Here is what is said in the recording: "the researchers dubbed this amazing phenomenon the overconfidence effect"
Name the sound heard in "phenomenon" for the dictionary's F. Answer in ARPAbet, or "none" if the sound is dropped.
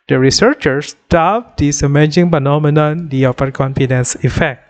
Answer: P